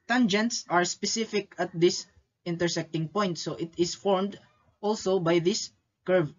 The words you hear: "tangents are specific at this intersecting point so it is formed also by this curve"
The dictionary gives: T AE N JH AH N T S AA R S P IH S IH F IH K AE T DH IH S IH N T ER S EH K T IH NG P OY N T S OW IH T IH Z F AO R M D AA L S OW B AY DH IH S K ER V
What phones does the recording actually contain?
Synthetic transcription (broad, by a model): T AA N JH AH N T S AA R S P IH S IH F IH K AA T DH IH S IH N T ER S EH K T IH NG P OY N T S OW IH T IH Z F AO R M D AA L S OW B AY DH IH S K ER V